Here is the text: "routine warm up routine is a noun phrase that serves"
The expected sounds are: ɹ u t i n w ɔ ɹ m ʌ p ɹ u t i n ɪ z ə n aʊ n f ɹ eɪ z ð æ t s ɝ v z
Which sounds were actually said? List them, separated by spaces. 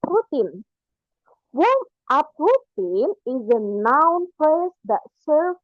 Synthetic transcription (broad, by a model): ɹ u t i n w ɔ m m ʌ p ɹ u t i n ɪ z ə n aʊ n p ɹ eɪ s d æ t s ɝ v